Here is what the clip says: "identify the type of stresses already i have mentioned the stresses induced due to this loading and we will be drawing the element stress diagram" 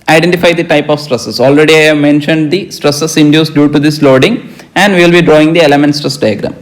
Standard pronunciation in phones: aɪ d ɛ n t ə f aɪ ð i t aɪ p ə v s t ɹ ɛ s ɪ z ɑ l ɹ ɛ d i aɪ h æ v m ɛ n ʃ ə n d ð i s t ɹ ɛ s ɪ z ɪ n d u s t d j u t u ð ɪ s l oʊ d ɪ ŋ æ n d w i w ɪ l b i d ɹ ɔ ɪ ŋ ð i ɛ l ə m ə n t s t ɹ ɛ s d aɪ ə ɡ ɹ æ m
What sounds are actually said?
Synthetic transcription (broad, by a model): aɪ d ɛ n t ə f aɪ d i t aɪ p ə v s t ɹ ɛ s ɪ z ɑ l ɹ ɛ d i aɪ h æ v m ɛ n ʃ ə n d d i s t ɹ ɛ s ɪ s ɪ n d u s d j u t u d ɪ s l oʊ d ɪ ŋ æ n d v i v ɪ l b i d ɹ ɔ ɪ ŋ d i ɛ l ə m ə n t s t ɹ ɛ s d aɪ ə ɡ ɹ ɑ m